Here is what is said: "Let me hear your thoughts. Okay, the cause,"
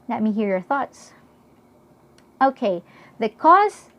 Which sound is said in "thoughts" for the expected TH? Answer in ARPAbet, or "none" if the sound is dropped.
TH